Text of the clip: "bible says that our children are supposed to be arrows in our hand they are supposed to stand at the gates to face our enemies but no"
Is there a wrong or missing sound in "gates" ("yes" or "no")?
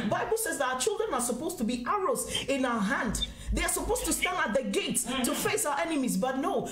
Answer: no